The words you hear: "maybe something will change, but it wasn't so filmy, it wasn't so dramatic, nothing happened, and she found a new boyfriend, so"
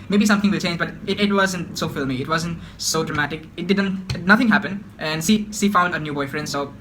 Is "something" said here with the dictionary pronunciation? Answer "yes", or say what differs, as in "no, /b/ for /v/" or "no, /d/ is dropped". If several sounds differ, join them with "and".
no, /t/ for /θ/